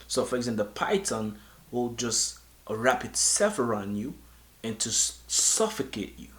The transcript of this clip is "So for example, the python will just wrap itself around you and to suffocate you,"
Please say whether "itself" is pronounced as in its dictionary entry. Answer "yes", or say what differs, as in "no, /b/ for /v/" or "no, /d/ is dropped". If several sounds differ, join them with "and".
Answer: no, /l/ is dropped